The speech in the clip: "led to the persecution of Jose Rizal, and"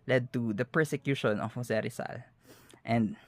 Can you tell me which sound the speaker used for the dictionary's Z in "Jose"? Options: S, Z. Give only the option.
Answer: S